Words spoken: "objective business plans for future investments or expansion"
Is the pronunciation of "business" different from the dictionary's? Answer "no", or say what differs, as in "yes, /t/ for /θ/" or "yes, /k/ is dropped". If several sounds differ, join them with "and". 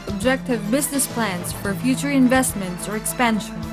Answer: no